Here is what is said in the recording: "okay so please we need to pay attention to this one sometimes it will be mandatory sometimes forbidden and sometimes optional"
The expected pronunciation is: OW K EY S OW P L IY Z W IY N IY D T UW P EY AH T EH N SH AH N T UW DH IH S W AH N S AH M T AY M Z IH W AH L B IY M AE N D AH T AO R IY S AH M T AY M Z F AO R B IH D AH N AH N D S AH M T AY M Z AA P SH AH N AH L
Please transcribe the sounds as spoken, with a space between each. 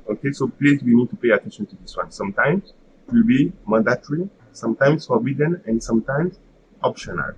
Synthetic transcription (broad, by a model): OW K EY S OW P L IY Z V IY N IY D T UW P EY AH T EH N SH AH N T UW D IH S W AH N S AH M T AY M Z IH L B IY M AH D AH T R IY S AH M T AY M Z F AO R B IH D AH N AH N D S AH M T AY M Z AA P SH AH N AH L